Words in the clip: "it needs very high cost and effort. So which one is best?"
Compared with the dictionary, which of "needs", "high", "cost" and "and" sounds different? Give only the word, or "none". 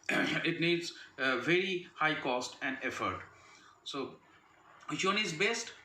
none